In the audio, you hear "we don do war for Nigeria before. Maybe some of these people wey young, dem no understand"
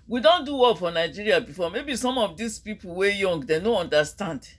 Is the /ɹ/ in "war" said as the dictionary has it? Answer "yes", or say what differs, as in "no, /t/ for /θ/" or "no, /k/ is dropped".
no, /l/ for /ɹ/